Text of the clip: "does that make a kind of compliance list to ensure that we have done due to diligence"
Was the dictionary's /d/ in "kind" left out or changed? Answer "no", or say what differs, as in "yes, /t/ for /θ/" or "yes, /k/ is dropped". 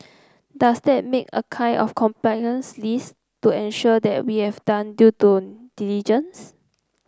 yes, /d/ is dropped